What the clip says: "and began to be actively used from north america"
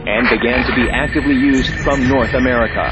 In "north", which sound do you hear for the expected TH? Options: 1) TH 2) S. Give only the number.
1